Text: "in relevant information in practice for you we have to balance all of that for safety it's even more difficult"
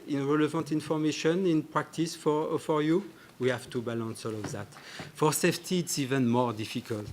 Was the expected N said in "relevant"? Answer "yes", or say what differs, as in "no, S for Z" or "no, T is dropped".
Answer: yes